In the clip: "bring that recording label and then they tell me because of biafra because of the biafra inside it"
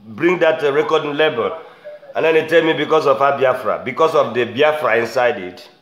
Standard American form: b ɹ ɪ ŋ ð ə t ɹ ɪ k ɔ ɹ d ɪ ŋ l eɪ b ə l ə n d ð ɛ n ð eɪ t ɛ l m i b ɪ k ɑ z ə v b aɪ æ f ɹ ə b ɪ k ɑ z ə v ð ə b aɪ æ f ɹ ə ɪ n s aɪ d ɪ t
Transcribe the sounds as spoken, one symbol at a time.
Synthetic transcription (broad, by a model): b ɹ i ŋ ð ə t ɹ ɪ k ɔ d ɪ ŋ l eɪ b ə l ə n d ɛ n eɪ t ɛ l m i b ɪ k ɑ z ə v b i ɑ f ɹ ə b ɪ k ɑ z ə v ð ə b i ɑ f ɹ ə ɪ n s aɪ d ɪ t